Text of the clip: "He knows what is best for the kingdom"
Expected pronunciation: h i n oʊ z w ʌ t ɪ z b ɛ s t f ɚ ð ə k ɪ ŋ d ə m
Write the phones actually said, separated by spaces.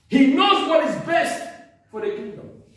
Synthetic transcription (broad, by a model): h i n oʊ z w ʌ t ɪ z b ɛ s t f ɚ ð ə k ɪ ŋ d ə m